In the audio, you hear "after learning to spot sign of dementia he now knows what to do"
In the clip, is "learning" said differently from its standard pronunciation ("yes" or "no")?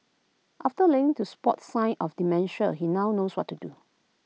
yes